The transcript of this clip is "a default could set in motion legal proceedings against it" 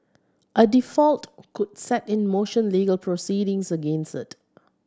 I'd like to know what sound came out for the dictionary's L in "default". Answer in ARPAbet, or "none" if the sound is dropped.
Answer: L